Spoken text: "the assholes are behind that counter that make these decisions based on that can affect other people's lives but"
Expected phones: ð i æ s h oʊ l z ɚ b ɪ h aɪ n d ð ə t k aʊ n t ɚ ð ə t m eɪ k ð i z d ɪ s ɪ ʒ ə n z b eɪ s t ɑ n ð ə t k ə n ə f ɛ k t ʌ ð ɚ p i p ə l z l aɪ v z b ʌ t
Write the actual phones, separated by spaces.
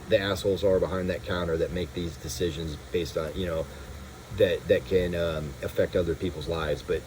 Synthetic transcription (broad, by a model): ð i æ s h oʊ l z ɚ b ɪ h aɪ n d ð ə t k aʊ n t ɚ ð ə t m eɪ k ð i z d ɪ s ɪ ʒ ə n z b eɪ s t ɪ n ð ə t k ə n ə f ɛ k t ʌ ð ɚ p i p l z l aɪ v z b ʌ t